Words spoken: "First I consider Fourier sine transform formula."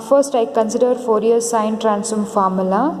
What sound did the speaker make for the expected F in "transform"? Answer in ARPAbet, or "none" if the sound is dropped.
none